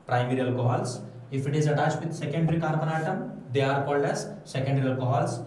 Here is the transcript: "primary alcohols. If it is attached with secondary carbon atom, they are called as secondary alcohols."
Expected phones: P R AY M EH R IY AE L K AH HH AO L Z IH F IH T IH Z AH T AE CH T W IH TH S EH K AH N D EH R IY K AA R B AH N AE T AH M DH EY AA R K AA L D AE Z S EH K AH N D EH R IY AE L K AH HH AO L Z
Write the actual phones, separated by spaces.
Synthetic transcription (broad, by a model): P R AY M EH R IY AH L K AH HH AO L S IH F IH T IH Z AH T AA S T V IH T S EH K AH N D R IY K AA R B AH N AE T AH M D EY AA R K AA L D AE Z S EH K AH N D R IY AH L K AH HH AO L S